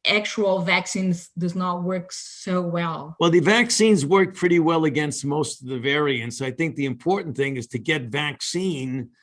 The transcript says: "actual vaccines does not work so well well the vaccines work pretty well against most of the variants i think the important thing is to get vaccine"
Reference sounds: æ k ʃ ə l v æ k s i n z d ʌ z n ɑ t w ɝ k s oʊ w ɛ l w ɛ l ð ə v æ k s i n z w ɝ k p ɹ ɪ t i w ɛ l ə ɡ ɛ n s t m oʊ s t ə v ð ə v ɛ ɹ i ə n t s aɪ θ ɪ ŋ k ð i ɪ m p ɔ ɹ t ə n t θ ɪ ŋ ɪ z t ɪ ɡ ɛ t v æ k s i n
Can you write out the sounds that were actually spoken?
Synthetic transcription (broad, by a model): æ k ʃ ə l v æ k s i n z d ʌ z n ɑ t w ɝ k s oʊ w ɛ l w ɛ l ð ə v æ k s i n z w ɝ k p ɹ ɪ t i w ɛ l ə ɡ ɛ n s t m oʊ s t ə v ð ə v ɛ ɹ i ə n t s aɪ θ ɪ ŋ k ð i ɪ m p ɔ ɹ t n θ ɪ ŋ ɪ z t ɪ ɡ ɛ t v æ k s i n